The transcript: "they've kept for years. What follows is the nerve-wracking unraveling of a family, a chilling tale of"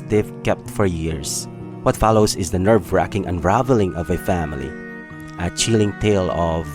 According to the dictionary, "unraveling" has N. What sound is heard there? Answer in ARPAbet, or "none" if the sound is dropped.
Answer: N